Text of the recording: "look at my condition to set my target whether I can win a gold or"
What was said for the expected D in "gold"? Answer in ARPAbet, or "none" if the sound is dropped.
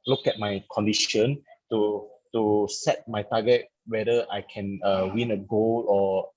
none